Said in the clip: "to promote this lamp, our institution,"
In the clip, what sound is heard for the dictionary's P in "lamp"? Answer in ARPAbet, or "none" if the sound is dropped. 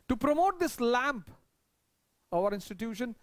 P